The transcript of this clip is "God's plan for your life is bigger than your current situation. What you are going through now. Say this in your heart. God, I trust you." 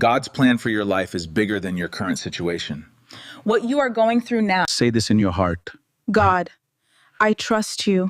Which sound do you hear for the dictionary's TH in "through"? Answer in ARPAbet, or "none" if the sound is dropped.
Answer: TH